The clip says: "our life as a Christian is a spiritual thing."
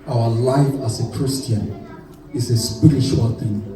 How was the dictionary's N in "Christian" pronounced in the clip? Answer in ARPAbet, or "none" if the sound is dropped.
N